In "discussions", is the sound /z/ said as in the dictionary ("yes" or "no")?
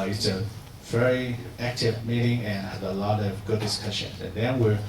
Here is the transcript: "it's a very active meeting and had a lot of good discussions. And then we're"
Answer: no